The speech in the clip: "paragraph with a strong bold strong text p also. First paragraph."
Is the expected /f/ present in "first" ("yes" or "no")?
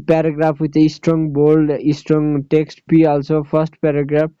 no